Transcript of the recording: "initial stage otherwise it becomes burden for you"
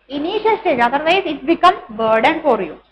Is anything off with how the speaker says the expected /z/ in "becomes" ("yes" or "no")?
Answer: yes